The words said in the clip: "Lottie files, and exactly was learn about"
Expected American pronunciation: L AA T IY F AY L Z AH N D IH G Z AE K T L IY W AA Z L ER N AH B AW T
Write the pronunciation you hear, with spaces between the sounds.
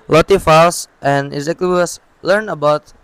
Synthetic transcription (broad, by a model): L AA T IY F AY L S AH N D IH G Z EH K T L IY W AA S L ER N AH B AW T